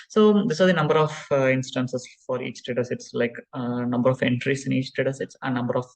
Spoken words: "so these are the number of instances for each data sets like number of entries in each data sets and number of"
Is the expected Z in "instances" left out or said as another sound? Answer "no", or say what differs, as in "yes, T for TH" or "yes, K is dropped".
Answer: yes, S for Z